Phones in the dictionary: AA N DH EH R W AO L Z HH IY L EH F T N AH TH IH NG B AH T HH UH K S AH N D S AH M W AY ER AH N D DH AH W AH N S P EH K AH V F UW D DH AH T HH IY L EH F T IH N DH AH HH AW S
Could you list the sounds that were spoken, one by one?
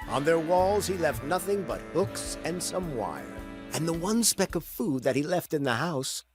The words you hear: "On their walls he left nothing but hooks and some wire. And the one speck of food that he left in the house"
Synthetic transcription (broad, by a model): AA N DH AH R W AO L Z HH IY L EH F T N AH TH IH NG B AH T HH UH K S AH N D S AH M W AY ER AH N DH AH W AH N S P EH K AH V F UW D DH AH T HH IY L EH F T IH N DH AH HH AW S